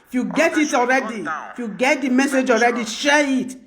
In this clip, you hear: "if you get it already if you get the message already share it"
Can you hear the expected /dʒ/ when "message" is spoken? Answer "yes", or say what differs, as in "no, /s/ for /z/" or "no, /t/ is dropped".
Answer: yes